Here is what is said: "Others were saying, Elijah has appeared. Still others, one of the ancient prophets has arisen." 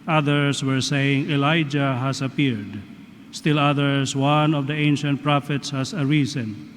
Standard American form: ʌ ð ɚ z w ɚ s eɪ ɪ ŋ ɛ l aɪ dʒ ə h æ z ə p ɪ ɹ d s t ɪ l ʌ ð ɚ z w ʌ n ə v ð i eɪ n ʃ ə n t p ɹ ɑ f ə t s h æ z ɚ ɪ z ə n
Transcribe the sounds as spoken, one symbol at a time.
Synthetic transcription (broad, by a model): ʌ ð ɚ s w ɚ s eɪ ɪ ŋ ɛ l aɪ dʒ ə h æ s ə p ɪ ɹ d s t ɪ l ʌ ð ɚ s w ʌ n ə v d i eɪ n ʃ ə n t p ɹ ɑ f ə t s h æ s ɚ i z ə n